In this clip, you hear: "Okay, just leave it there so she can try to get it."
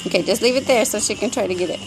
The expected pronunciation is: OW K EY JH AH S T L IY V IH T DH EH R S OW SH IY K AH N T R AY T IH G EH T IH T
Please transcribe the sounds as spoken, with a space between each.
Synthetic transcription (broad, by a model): OW K EY JH AH S T L IY V IH T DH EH R S OW SH IY K AH N T R AY T IH G EH T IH T